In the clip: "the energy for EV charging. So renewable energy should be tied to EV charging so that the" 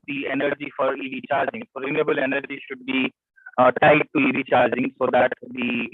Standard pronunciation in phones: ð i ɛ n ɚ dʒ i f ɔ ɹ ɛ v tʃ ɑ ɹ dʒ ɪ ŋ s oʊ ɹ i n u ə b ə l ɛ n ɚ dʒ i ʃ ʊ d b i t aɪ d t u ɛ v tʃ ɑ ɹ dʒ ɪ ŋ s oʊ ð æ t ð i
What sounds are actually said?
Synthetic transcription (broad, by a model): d i ɛ n ɚ dʒ i f ɔ ɹ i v tʃ ɑ ɹ dʒ ɪ ŋ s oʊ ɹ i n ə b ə l ɛ n ɚ dʒ i ʃ ʊ d b i t aɪ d t u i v tʃ ɑ ɹ dʒ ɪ ŋ s oʊ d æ t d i